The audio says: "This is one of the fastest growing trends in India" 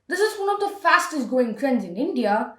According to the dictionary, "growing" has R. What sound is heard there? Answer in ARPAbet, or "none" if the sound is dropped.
none